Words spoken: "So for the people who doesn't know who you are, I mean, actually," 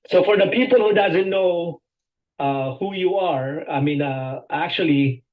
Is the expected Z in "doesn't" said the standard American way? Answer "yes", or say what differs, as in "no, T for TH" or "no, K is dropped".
yes